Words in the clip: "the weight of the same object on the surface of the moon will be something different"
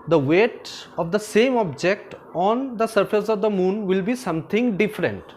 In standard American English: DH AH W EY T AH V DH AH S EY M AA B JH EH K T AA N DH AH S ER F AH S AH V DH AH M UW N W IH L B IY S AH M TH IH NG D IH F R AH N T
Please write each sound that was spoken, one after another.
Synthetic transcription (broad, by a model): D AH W EY T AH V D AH S EY M AA B JH EH K T AA N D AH S ER F AH S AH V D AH M UW N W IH L B IY S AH M T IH NG D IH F R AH N T